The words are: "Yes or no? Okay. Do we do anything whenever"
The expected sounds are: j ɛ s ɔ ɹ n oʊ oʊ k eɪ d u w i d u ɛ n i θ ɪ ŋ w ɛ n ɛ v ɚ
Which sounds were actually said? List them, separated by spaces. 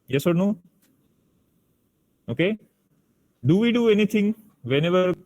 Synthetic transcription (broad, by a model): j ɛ s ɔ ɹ n oʊ oʊ k eɪ d u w i d u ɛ n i t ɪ ŋ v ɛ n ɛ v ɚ